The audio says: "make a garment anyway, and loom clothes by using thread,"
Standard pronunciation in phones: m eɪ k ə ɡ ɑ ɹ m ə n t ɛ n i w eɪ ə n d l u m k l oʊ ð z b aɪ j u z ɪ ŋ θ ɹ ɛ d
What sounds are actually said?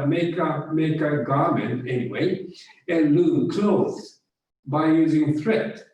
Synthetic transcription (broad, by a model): m eɪ k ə ɡ ɑ ɹ m ə n t ɛ n i w eɪ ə n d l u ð k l oʊ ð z b aɪ j u z ɪ ŋ θ ɹ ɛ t